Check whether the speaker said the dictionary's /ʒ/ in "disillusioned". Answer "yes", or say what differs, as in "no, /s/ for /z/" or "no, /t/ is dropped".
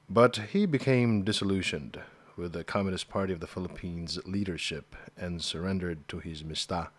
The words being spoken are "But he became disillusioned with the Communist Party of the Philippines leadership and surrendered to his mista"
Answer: no, /ʃ/ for /ʒ/